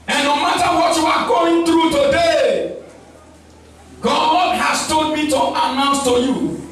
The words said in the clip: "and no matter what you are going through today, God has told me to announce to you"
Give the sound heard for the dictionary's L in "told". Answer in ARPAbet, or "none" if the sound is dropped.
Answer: none